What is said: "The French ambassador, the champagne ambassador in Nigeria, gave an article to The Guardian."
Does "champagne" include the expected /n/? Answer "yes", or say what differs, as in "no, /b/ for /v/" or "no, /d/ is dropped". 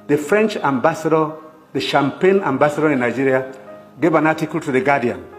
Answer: yes